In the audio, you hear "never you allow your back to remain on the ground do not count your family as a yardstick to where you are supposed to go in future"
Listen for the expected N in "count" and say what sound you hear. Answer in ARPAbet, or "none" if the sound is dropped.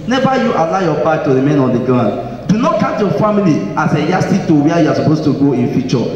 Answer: none